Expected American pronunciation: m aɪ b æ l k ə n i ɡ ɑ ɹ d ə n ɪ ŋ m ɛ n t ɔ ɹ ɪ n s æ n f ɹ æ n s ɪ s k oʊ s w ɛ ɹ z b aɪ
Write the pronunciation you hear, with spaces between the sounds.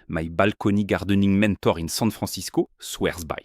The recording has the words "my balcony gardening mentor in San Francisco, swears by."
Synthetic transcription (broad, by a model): m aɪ b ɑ l k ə n i ɡ ɑ ɹ d ə n ɪ ŋ m ɛ n t ɔ ɹ ɪ n s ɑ n f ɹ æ s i s k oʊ s w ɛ ɹ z b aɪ